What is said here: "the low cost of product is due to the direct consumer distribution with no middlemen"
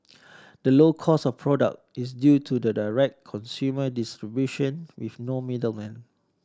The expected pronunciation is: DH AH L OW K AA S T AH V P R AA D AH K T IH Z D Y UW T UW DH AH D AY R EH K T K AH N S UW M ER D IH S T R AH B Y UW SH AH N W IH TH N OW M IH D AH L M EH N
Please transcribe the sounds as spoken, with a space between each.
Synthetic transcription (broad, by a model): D AH L OW K AA S AH F P R AA D AH K T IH S D Y UW T UW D AH D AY R EH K K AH N S UW M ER D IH S T R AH B Y UW SH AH N W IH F N OW M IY D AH L M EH N